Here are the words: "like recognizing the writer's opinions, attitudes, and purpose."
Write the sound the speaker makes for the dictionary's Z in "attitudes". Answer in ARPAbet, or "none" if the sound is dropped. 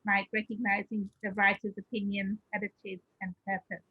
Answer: none